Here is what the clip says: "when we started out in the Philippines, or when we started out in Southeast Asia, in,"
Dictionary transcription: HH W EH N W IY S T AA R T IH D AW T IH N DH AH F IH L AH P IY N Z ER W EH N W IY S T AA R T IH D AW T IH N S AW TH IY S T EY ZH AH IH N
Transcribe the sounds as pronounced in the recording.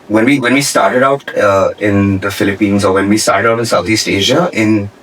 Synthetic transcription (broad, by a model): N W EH N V IY S T AA R T IH D AW T IH N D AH F IH L AH P IY N Z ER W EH N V IY S T AA R T IH D AW T IH N S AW T IY S T EY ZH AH IH N